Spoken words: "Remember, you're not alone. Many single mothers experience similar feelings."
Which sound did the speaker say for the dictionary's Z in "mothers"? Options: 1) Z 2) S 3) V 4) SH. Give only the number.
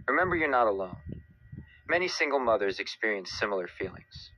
1